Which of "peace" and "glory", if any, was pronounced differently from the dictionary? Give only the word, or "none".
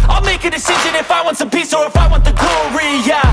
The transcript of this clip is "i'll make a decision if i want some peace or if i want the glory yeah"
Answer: glory